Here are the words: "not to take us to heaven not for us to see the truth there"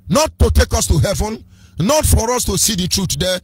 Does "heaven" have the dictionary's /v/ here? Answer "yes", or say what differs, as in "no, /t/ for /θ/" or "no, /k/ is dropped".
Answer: yes